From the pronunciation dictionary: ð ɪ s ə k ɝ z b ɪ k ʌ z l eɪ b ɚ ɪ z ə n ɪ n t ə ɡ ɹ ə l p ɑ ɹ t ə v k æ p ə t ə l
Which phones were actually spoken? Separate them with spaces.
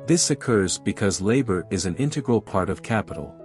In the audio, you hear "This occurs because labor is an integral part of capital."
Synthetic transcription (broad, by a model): ð ɪ s ə k ɝ z b ɪ k ʌ z l eɪ b ɚ ɪ z ə n ɪ n t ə ɡ ɹ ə l p ɑ ɹ t ə v k æ p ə t l